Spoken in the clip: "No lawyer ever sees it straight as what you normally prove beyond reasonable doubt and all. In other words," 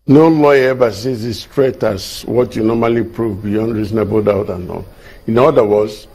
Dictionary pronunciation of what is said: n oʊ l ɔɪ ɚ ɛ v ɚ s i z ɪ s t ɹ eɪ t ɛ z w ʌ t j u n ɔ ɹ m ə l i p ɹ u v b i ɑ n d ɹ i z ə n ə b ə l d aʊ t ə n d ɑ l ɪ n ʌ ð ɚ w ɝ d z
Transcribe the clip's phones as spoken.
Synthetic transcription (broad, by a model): n oʊ l ɔɪ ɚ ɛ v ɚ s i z ɪ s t ɹ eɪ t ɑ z w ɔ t j u n ɔ m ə l i p ɹ u v b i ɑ n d ɹ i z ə n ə b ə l d aʊ t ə n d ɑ n ɪ n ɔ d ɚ w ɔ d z